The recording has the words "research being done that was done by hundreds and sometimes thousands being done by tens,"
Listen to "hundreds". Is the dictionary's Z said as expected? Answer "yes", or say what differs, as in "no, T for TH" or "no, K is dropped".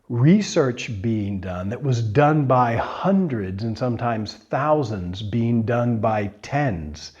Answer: yes